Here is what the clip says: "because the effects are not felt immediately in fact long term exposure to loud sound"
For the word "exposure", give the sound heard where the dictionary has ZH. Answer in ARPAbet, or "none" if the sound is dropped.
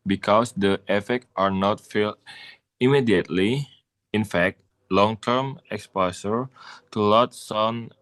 S